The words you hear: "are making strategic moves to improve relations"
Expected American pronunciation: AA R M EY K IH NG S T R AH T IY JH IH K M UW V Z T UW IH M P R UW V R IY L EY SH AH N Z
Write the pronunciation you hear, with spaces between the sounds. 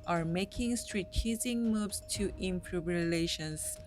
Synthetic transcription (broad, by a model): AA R M EY K IH NG S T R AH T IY Z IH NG M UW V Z T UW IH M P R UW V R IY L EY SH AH N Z